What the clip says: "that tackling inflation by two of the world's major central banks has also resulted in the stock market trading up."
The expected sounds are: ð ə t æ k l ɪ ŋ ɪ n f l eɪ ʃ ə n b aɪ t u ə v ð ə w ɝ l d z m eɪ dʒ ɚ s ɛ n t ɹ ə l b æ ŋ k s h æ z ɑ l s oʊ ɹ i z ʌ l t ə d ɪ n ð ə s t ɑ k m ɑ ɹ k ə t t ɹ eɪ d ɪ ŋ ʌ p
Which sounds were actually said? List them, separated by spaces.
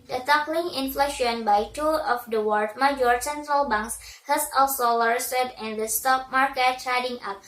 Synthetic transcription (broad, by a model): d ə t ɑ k l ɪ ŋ ɪ n f l eɪ ʃ ə n b aɪ t u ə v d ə w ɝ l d m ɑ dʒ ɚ s ɛ n t ɹ ə l b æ ŋ k s h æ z ɑ l s oʊ l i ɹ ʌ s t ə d ɪ n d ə s t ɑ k m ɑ ɹ k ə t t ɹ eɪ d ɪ ŋ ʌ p